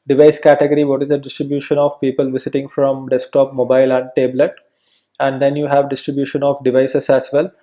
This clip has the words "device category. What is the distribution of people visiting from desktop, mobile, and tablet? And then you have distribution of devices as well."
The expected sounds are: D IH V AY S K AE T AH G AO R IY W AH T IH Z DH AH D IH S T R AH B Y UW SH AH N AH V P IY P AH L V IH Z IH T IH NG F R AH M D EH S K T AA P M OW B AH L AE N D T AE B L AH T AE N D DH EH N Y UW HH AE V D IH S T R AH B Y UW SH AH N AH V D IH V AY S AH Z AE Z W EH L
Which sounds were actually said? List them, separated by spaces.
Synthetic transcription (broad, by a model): D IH V AY S K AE T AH G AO R IY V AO T IH Z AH D IH S T R AH B Y UW SH AH N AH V P IY P AH L V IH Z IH T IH NG F R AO M D EH S K T AA P M OW B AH L AE N D T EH B L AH T AE N D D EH N Y UW HH AE V D IH S T R AH B Y UW SH AH N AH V D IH V AY S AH S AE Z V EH L